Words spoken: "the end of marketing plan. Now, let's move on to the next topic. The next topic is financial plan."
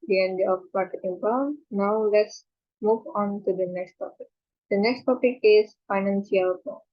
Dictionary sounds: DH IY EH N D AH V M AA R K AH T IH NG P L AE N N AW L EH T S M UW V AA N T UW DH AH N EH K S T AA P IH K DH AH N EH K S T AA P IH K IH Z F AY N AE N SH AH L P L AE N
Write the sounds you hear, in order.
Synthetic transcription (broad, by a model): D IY EH N D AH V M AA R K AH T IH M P AO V N AW L EH T S M UW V AA N T UW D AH N EH K S T AA P IH K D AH N EH K S T AA P IH K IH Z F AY N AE N S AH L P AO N